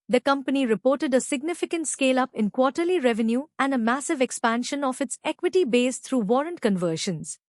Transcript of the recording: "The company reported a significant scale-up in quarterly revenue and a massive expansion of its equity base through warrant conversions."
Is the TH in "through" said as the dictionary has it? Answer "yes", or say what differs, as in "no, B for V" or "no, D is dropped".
no, T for TH